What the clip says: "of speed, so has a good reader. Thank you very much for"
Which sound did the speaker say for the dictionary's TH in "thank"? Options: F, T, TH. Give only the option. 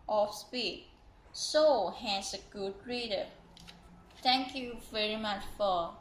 T